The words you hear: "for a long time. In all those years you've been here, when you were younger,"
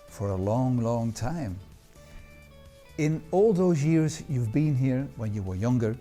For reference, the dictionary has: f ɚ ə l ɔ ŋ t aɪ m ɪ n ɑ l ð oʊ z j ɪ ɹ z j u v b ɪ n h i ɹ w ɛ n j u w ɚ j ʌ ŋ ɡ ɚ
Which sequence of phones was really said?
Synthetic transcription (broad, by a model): f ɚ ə l ɔ ŋ t aɪ m ɪ n ɑ l ð oʊ z j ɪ ɹ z j u v b ɪ n h i ɹ w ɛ n j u w ɚ j ʌ ŋ ɡ ɚ